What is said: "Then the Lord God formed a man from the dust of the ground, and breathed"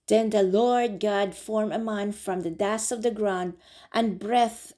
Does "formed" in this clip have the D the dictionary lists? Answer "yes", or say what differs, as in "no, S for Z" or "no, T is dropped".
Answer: no, D is dropped